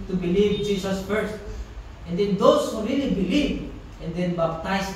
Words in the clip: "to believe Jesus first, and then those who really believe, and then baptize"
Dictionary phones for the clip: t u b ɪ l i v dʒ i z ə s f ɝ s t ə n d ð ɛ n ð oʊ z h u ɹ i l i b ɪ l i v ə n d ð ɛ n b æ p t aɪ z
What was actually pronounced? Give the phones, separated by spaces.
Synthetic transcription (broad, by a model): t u b ɪ l i v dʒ i s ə s f ɝ s t ə n d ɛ n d oʊ s h u ɹ i l i b ɪ l i v ə n d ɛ n b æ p t aɪ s